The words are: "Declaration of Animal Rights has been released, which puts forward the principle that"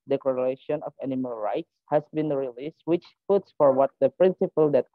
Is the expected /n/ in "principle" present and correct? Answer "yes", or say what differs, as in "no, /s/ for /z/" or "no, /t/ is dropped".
yes